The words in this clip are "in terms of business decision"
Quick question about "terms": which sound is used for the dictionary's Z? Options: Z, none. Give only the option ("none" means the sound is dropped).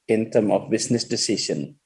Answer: none